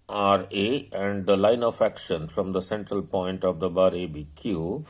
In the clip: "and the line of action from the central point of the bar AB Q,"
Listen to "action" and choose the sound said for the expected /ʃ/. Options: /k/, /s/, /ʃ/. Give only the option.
/ʃ/